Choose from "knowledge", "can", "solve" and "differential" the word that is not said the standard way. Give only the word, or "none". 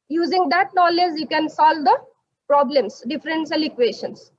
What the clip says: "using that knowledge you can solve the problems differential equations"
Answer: differential